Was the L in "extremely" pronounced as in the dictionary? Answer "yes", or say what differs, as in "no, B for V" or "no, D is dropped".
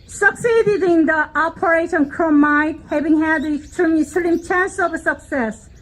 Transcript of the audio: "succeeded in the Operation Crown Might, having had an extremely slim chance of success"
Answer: no, L is dropped